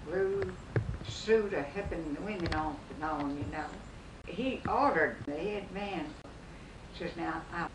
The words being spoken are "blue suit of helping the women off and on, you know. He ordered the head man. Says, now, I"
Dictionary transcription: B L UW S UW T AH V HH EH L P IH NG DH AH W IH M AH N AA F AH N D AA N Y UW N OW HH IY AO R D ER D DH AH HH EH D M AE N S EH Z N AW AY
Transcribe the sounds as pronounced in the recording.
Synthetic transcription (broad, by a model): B L UW S UW T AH HH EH P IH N DH AH W IH M AH N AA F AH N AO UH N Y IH N OW HH IY AO R D ER D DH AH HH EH D M AE N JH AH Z N AW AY